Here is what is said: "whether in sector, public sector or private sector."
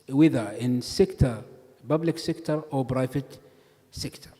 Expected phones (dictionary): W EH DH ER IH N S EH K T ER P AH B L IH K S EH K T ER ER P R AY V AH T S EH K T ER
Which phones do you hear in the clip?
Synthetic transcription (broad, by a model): W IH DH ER IH N S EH K T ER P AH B L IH K S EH K T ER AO B R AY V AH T S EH K T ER